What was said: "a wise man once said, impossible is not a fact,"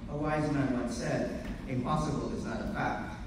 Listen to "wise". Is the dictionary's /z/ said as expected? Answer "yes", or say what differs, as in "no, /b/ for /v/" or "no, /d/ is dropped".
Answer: yes